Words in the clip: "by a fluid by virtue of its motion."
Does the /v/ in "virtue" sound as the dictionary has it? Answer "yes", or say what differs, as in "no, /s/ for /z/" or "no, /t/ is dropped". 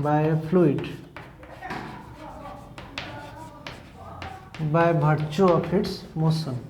no, /b/ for /v/